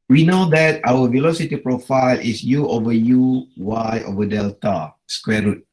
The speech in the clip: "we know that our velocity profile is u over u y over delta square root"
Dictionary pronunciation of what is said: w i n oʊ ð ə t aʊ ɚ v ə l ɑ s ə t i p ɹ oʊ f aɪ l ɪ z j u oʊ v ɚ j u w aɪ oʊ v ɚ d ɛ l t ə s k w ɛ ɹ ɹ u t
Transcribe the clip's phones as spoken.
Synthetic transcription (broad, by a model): w i n oʊ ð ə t aʊ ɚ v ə l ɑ s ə t i p ɹ oʊ f aɪ l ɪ s j u oʊ v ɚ j u w aɪ oʊ v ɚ d ɛ l t ə s k w ɛ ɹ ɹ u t